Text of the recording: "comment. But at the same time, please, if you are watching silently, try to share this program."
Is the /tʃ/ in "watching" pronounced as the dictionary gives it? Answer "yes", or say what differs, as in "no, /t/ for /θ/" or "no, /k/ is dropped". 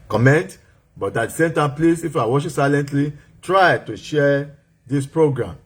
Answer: no, /ʃ/ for /tʃ/